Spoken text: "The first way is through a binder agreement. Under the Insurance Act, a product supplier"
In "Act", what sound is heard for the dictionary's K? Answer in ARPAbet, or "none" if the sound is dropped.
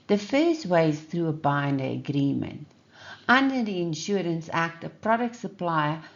K